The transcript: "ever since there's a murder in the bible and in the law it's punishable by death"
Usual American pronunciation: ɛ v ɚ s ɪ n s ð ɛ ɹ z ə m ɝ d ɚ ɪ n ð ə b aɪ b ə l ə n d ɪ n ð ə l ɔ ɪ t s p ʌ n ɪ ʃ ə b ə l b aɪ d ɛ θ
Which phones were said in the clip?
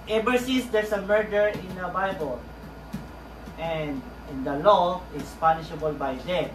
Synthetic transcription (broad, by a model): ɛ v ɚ s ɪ s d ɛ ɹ s ə m ɝ d ɚ ɪ n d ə b aɪ b ə l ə n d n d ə l ɔ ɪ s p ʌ n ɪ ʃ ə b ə l b aɪ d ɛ